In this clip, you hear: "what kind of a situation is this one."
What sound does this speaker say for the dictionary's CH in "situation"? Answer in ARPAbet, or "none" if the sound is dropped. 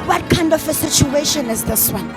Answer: CH